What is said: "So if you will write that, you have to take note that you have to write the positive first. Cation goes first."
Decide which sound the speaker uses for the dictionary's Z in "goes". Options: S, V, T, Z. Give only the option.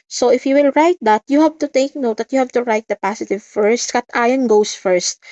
S